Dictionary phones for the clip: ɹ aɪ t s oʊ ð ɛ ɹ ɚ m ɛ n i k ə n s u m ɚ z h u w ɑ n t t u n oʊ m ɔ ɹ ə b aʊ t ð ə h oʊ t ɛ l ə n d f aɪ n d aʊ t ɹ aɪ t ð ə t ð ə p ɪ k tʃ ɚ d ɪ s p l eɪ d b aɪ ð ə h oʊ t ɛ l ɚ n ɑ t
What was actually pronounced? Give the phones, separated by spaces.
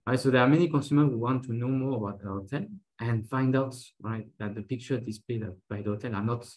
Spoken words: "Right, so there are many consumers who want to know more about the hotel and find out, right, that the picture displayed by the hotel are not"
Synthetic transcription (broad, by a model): ɹ aɪ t s oʊ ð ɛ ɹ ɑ m ɛ n i k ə n s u m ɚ h u w ɑ n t t u n oʊ m ɔ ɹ ə b aʊ t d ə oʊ t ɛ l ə n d f aɪ n d aʊ t ɹ aɪ t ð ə t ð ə p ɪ k tʃ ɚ d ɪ s p l eɪ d b aɪ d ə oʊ t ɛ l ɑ n ɑ t